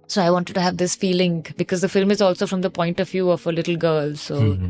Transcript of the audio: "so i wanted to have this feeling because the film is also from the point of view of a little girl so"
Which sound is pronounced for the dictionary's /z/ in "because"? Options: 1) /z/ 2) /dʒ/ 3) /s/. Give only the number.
1